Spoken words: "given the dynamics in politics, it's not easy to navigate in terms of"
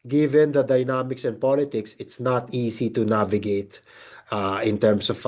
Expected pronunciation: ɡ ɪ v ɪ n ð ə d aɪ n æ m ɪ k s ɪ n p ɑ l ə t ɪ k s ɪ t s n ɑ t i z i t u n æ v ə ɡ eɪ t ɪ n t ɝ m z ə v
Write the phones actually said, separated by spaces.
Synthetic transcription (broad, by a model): ɡ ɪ v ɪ n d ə d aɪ n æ m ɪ k s ɪ n p ɑ l ə t ɪ k s ɪ t s n ɑ t i s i t u n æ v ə ɡ eɪ t ɪ n t ɝ m s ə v